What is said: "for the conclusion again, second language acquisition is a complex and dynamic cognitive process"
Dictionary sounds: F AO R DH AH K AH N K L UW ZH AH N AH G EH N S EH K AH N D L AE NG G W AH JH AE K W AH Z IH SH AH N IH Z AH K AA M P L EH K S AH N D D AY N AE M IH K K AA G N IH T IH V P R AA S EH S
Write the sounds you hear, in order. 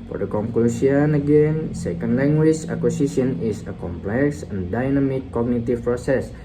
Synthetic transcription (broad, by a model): F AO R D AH K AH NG K L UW S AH N AH G EH N S EH K AH N D L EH NG G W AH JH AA K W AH S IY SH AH N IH S AH K AA M P L EH K S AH N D D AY N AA M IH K K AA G N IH T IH F P R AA S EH S